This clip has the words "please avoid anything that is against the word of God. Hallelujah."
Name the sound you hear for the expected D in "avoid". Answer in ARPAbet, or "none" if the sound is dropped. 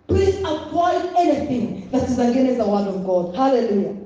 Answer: none